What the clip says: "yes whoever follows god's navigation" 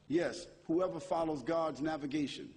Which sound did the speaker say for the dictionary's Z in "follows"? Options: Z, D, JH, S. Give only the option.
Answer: Z